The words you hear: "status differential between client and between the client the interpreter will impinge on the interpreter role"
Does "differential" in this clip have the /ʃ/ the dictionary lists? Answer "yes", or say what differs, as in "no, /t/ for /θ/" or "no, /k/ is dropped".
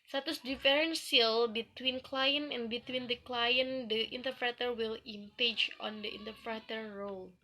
no, /s/ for /ʃ/